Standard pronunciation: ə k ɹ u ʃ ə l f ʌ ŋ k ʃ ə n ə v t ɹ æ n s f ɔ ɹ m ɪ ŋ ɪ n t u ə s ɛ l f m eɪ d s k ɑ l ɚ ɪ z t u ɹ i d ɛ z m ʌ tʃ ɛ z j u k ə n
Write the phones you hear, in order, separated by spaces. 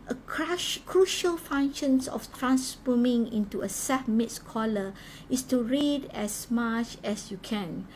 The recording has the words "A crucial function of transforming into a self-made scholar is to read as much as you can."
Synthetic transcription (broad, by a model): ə k ɹ u ʃ ə l f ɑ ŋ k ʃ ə n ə f t ɹ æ n s f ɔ m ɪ ŋ ɪ n t u ə s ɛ f m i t s k ɑ l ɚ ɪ s t u ɹ i d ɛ s m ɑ tʃ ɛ s j u k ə n